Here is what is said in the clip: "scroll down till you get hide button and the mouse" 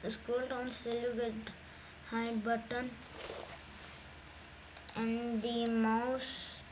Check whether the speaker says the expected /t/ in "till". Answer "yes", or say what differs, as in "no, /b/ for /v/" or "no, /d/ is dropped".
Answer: no, /s/ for /t/